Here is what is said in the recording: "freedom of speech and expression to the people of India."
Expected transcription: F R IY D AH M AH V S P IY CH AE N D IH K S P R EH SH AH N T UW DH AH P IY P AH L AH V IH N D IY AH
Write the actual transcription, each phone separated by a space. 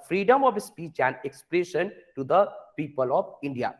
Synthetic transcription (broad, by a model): F R IY D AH M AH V S P IY CH AE N D IH K S P R EH SH AH N T UW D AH P IY P AH L AH V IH N D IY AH